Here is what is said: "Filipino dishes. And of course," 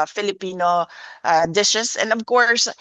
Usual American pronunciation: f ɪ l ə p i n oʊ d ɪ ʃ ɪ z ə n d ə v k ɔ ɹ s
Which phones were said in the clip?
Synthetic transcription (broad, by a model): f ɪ l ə p i n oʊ d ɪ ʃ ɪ s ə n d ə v k ɔ ɹ s